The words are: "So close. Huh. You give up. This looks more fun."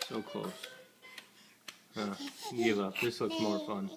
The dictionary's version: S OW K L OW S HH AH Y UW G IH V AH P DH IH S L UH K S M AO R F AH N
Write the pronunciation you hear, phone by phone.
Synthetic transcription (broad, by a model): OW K OW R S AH G IH V AH P DH IH S L UH K S M AO R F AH N